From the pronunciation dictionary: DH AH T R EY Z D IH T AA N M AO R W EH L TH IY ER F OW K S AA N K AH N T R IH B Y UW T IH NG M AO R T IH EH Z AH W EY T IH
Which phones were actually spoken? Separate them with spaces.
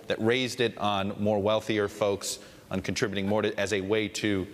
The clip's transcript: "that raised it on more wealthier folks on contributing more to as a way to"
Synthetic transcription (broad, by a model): DH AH T R EY Z D IH T N M AO R W EH L TH IY ER F OW K S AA N K N T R IH B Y T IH NG M AO R T IH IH Z AH W EY T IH